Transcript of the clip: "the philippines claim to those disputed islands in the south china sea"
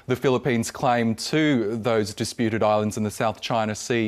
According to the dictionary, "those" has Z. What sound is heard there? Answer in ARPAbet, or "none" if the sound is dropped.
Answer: Z